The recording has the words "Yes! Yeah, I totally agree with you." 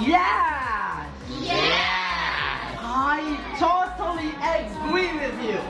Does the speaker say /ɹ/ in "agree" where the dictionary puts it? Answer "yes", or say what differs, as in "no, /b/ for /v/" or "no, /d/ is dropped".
no, /l/ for /ɹ/